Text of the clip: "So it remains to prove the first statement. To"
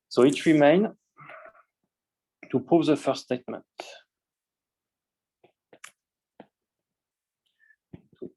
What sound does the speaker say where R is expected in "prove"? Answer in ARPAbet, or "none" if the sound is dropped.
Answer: none